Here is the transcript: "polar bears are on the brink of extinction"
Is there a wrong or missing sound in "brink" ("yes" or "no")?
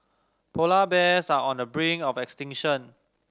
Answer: yes